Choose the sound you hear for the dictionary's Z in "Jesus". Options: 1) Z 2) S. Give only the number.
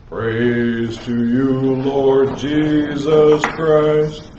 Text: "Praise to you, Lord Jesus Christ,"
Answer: 1